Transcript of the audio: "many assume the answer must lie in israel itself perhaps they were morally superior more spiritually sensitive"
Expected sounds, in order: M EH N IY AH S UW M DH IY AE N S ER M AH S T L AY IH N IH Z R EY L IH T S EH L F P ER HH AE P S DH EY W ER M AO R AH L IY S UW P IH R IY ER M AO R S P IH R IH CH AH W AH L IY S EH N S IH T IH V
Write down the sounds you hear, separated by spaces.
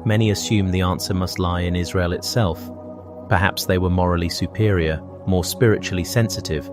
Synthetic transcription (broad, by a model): M EH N IY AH S UW M DH IY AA N S ER M AH S T L AY IH N IH Z R EY L IH T S EH L F P ER HH AE P S DH EY W ER M AO R AH L IY S UW P IH R IY ER M AO R S P IH R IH CH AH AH L IY S EH N S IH T IH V